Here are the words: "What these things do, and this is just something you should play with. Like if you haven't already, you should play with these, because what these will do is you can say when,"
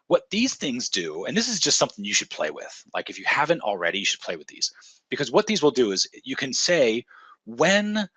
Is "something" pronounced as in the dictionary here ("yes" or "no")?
yes